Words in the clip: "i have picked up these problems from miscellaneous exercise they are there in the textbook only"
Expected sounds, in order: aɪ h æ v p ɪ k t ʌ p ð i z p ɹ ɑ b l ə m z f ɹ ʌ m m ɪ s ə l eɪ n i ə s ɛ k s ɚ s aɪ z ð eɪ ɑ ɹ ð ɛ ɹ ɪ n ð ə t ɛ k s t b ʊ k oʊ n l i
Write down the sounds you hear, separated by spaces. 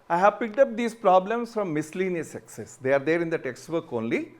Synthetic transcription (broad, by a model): aɪ h æ v p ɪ k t ʌ p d i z p ɹ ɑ b l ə m s f ɹ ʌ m m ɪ s l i n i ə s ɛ k s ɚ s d eɪ ɑ ɹ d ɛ ɹ ɪ n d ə t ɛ k s t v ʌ k oʊ n l i